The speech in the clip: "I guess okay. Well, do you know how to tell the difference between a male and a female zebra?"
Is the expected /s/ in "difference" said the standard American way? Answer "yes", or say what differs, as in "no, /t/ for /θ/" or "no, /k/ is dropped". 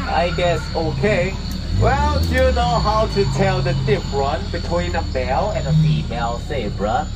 no, /s/ is dropped